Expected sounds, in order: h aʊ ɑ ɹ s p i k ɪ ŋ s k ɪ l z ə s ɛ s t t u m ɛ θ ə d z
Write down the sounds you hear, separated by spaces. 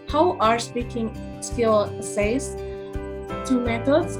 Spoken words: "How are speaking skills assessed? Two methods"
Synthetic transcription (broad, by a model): h aʊ ɑ ɹ s p i k ɪ ŋ s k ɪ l ə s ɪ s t t u m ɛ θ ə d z